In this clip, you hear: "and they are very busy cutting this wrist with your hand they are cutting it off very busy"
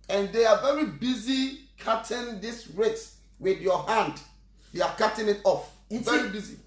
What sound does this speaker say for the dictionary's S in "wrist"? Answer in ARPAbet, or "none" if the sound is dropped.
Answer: none